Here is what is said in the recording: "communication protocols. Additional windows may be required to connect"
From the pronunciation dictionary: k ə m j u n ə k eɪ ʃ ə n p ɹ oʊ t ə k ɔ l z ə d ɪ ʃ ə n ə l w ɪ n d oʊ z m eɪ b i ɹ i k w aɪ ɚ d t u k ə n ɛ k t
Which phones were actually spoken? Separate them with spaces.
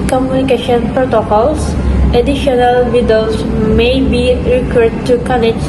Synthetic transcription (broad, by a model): k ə m j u n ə k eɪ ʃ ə n p ɹ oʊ t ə k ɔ l s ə d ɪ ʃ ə n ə l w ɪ d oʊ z m eɪ b i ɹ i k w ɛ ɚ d t u k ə n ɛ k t